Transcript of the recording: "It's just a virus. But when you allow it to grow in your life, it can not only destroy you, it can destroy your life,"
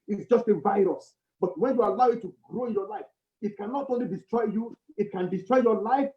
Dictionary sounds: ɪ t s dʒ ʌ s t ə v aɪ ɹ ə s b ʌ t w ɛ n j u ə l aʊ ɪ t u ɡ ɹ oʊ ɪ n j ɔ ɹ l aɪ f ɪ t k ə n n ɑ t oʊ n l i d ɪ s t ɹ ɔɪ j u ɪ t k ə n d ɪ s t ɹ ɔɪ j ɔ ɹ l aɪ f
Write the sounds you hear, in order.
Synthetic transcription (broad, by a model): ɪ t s dʒ ʌ s t ə v aɪ ɹ ə s b ʌ t w ɛ n j u ə l aʊ ɪ t u ɡ ɹ oʊ ɪ n j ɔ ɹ l aɪ f ɪ t k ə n n ɑ t oʊ n l i d ɪ s t ɹ ɔɪ j u ɪ t k ə n d ɪ s t ɹ ɔɪ j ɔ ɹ l aɪ f